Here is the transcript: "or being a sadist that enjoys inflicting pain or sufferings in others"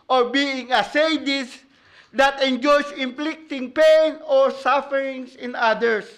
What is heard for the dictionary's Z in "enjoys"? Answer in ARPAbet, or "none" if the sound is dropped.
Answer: S